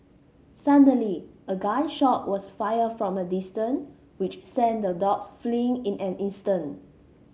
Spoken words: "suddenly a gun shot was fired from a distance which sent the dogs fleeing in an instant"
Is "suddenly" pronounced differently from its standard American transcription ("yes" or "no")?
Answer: yes